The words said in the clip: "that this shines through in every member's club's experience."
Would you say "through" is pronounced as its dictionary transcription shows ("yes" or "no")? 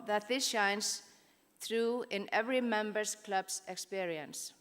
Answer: yes